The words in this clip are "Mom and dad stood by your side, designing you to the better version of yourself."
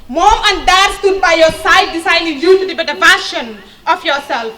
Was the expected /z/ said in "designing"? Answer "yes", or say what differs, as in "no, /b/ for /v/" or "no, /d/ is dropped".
no, /s/ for /z/